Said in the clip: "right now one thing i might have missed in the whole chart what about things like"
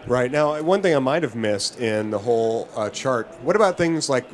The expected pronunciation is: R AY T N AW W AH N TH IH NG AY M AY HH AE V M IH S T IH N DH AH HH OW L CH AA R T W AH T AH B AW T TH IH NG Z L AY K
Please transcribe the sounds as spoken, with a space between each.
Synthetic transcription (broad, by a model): R AY T N AW W AH N TH IH NG AY M AY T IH V M IH S T IH N DH AH HH OW L CH AA R T W AH T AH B AW T TH IH NG Z L AY K